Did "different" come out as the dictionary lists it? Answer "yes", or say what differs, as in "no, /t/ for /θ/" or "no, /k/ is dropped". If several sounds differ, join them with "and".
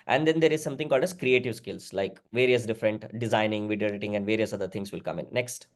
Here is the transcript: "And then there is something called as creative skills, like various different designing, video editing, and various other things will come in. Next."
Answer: yes